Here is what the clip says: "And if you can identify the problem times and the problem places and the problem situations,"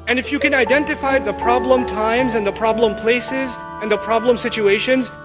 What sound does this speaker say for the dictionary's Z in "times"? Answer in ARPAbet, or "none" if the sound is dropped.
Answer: Z